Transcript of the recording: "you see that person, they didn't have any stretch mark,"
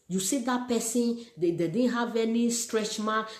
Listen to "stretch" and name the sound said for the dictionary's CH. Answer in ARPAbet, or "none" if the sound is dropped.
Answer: CH